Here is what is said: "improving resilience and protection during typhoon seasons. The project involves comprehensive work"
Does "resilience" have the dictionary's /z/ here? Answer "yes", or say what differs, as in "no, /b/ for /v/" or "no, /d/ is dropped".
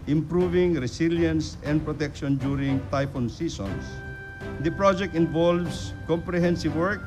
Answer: no, /s/ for /z/